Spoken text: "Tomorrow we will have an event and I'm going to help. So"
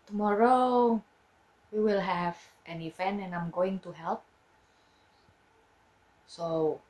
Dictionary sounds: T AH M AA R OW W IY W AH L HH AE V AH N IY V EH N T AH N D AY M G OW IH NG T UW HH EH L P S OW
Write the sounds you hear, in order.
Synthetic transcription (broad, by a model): T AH M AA R OW W IY W AH L HH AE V AH N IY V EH N AH N AY M G OW IH NG T UW HH EH L P S OW